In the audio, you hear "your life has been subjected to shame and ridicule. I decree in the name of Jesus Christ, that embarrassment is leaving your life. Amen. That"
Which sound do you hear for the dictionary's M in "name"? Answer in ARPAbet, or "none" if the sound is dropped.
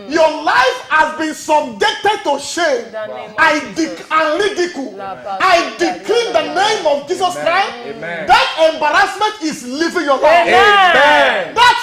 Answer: M